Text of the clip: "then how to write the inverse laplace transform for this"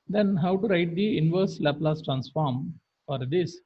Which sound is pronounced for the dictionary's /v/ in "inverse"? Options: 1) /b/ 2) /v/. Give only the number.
2